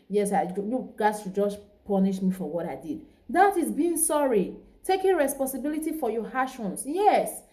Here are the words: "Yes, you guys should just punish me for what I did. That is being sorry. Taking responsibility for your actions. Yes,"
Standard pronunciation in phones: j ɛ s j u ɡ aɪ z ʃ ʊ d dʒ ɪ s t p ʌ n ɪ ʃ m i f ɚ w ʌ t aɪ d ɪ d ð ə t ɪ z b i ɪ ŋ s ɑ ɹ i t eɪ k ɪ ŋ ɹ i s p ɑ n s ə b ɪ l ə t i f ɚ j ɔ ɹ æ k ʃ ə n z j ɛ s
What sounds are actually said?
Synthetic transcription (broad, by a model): j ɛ s j u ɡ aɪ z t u dʒ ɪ s p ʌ n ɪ ʃ m i f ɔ w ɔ t aɪ d ɪ d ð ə t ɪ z b i ɪ ŋ s ɑ ɹ i t eɪ k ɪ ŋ ɹ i s p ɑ n s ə b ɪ l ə t i f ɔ j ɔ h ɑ ʃ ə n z j ɛ s